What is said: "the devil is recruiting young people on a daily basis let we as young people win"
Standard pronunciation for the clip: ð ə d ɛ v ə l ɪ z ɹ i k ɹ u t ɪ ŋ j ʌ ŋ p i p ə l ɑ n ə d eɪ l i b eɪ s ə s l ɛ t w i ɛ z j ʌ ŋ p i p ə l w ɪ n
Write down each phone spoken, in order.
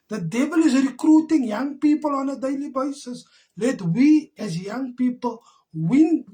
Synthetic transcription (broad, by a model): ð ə d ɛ b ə l ɪ z ɹ i k ɹ u t ɪ ŋ j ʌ ŋ p i p ə l ɑ n ə d eɪ l i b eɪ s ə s l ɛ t w i ɛ z j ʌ ŋ p i p ə l w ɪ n